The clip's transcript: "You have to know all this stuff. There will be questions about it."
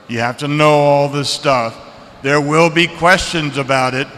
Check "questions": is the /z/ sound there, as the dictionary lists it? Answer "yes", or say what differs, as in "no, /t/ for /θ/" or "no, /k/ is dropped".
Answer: yes